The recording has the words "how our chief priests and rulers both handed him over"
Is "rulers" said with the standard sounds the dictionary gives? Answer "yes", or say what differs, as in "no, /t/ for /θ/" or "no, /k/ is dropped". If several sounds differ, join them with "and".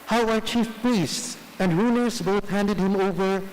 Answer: no, /n/ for /l/